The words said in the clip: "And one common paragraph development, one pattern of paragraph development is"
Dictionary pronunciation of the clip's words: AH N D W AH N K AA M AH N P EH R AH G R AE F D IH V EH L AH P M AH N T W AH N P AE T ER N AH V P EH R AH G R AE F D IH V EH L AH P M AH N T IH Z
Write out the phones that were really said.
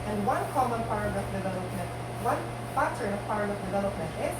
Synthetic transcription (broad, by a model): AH N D W AH N K AA M AH N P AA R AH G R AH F D IH V EH L AH P M AH N T W AH N F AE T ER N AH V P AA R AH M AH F D IH V EH L AH P M AH N T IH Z